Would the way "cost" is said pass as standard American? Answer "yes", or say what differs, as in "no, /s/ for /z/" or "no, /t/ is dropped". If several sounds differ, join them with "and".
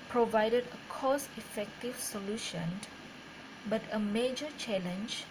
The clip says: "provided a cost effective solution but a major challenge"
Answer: no, /t/ is dropped